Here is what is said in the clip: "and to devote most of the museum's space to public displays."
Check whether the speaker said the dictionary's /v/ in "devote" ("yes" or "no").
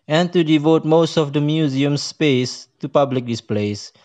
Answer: yes